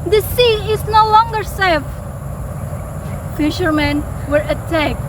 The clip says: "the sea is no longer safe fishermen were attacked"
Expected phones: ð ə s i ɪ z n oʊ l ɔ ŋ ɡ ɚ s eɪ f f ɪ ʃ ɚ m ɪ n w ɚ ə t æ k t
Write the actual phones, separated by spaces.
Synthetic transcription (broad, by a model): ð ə s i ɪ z n oʊ l ɔ ŋ ɡ ɚ s eɪ f f ɪ ʃ ɚ m ɪ n w ɚ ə t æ k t